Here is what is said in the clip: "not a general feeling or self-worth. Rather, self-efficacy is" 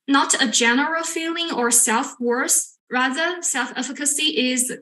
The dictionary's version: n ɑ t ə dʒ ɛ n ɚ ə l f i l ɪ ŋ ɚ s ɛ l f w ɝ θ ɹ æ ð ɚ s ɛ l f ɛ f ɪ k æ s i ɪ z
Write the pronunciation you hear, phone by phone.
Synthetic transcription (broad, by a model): n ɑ t ə dʒ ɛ n ɚ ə l f i l ɪ ŋ ɚ s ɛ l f w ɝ s ɹ æ ð ɚ s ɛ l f ɛ f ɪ k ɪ s i ɪ z